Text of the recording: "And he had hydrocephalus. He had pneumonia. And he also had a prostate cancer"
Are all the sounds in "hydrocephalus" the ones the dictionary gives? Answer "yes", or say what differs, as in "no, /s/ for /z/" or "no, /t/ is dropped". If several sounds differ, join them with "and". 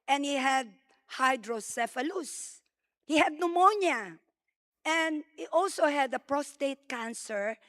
yes